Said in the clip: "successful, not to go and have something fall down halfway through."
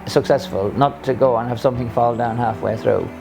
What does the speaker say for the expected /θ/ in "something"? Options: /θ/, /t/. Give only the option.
/θ/